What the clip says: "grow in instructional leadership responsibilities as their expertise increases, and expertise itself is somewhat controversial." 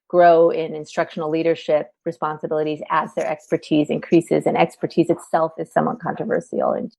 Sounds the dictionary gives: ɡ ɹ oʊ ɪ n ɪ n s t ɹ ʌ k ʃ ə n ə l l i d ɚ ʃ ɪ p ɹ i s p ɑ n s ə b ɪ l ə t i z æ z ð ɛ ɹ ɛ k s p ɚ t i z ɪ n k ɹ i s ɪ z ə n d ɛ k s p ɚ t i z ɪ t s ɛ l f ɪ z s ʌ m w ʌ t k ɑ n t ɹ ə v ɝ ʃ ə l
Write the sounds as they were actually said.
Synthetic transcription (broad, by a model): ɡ ɹ oʊ ɪ n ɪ n s t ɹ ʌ k ʃ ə n l l i d ɚ ʃ ɪ p ɹ i s p ɑ n s ə b ɪ l ə t i z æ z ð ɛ ɹ ɛ k s p ɚ t i z ɪ n k ɹ i s ɪ z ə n ɛ k s p ɚ t i z ɪ t s ɛ l f ɪ z s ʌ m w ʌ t k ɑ n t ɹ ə v ɝ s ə l